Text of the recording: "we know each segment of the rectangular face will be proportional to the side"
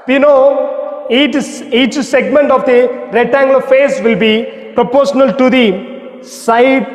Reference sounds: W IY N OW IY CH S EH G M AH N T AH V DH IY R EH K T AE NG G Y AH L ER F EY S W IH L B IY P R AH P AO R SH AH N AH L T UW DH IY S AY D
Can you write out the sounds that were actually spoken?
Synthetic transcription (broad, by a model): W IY N OW IY CH S EH G M AH N T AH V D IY R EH T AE NG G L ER F EY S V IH L B IY P R AH P AO R SH AH N AH L T UW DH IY S AY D